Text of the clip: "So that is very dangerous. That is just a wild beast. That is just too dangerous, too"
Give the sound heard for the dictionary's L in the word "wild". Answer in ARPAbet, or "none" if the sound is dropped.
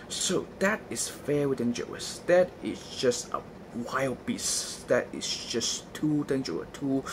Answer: L